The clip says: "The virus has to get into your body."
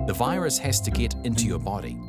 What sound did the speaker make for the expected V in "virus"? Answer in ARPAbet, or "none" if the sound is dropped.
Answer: V